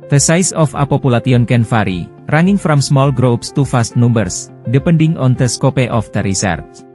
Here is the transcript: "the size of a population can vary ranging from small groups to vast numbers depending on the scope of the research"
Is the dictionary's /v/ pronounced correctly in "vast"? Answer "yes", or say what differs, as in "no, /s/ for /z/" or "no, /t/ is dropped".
no, /f/ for /v/